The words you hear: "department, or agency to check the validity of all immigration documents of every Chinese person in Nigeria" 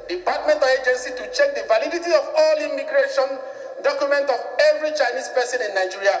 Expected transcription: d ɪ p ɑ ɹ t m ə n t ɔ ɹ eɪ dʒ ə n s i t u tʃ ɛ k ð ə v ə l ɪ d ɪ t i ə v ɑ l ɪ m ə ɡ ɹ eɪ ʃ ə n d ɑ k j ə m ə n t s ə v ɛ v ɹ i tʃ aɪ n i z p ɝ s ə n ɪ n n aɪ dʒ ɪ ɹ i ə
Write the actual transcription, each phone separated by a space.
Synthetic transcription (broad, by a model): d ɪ p ɑ t m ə n t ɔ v eɪ dʒ ə n s i t u tʃ ɛ k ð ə v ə l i d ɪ t i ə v ɑ l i m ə ɡ ɹ eɪ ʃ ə n d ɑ k j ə m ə n t ə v ɛ v ɹ i tʃ aɪ n i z p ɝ s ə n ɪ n n aɪ dʒ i ɹ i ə